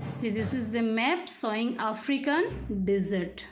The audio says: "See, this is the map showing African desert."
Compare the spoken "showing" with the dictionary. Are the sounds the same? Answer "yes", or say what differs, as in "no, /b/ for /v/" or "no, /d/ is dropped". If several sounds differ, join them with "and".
no, /s/ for /ʃ/